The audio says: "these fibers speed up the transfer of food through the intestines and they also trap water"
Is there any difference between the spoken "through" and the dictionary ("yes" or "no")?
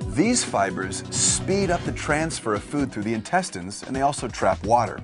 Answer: no